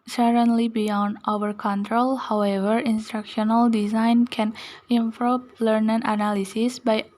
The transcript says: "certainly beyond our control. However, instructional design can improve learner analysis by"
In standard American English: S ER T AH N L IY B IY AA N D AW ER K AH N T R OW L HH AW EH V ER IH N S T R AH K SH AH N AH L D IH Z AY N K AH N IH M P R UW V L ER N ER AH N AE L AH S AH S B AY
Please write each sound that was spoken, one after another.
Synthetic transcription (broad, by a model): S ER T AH N L IY B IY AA N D AW ER K AH N T R OW L HH AW EH V ER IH N S T R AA K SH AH N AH L D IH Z AY N K AH N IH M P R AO P L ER N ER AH N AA L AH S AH S B AY